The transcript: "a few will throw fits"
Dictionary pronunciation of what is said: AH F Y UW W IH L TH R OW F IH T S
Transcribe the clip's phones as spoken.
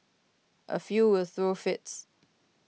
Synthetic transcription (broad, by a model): AH F Y UW W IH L TH R OW F IH T S